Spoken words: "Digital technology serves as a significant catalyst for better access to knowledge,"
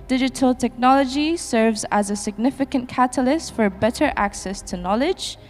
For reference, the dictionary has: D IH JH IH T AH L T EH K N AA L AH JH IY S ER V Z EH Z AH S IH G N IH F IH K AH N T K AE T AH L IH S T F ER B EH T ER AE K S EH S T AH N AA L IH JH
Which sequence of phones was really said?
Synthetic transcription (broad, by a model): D IH JH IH T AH L T EH K N AA L AH JH IY S ER V Z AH Z AH S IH G N IH F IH K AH N K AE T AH L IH S T F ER B EH T ER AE K S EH S T AH N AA L IH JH